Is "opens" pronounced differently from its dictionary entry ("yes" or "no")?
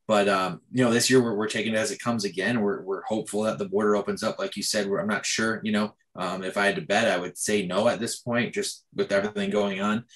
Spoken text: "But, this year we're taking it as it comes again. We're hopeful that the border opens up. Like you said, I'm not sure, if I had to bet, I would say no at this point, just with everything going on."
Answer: no